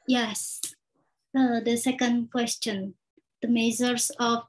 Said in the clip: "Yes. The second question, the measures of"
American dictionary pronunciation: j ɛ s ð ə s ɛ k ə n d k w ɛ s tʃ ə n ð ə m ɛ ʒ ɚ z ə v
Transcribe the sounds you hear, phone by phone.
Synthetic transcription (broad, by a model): j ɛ s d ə s ɛ k ə n d k w ɛ s tʃ ə n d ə m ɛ z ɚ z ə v